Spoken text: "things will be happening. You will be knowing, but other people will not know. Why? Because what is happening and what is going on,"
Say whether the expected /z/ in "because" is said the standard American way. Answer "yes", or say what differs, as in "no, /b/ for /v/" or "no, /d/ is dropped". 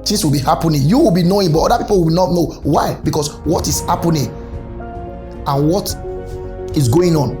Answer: no, /s/ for /z/